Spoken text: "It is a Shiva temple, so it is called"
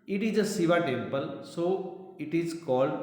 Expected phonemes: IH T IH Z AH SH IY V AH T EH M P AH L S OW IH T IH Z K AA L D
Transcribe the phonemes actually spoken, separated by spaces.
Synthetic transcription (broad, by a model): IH T IH Z AH S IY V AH T EH M P AH L S OW IH T IH Z K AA L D